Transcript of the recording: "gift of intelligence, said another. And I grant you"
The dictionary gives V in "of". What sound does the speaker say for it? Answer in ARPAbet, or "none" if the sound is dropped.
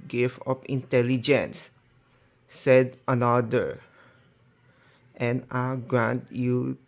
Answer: P